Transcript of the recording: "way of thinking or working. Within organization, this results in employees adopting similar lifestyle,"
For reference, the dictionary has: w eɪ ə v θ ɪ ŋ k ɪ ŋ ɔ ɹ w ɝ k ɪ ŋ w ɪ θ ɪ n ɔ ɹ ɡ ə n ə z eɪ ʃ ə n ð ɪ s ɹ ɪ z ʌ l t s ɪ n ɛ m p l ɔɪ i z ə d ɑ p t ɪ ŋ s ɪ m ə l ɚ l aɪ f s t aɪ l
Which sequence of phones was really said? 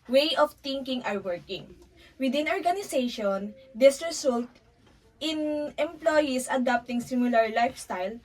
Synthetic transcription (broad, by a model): w eɪ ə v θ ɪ ŋ k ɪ ŋ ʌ ɹ w ɝ k ɪ ŋ w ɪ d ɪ n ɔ ɹ ɡ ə n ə s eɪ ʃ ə n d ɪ s ɹ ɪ s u l t ɪ n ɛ m p l ɔɪ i s ə d ɑ p t ɪ ŋ s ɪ m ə l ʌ l aɪ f s t aɪ l